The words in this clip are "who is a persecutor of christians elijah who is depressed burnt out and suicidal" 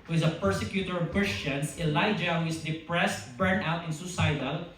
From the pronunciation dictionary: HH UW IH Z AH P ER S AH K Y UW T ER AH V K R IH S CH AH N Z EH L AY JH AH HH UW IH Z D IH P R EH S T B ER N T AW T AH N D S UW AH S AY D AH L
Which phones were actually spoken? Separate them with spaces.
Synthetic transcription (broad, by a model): HH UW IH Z AH P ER S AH K Y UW T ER AH V K R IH S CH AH N S EH L AY JH AH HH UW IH S D IH P R EH S T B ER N AW T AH N S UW S AY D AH L